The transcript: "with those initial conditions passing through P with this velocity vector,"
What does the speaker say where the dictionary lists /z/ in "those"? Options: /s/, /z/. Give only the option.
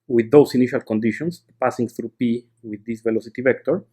/s/